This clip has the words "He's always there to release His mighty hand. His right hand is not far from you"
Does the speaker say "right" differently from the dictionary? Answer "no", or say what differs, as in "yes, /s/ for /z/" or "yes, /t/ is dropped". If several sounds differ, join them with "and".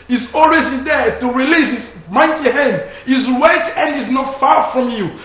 yes, /w/ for /ɹ/